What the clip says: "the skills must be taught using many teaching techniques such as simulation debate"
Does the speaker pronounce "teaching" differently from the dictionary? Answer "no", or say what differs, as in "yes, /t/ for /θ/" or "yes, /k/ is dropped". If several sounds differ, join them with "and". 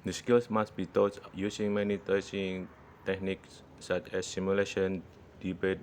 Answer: yes, /s/ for /tʃ/